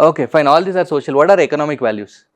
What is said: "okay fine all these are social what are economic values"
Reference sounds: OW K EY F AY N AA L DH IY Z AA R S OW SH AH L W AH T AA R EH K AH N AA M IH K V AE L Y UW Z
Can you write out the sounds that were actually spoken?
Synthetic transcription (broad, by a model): OW K EY F AY N AA L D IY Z AA R S OW SH AH L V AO T AA R EH K AH N AA M IH K V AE L Y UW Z